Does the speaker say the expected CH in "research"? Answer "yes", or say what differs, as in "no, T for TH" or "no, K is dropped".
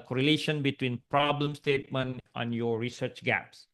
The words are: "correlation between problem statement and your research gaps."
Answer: yes